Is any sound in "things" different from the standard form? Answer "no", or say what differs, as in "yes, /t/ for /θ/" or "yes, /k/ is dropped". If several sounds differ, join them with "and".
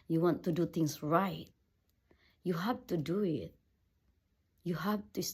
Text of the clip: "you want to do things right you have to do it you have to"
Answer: yes, /t/ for /θ/ and /s/ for /z/